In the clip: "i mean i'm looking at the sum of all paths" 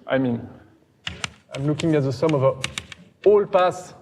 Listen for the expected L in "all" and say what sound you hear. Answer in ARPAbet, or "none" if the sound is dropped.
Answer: L